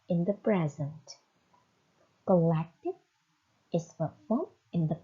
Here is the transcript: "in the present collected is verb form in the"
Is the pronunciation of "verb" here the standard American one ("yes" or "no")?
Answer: no